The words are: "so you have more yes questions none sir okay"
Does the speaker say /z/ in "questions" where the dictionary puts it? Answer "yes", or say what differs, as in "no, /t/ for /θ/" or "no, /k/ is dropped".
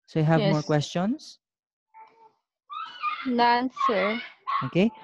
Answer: no, /s/ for /z/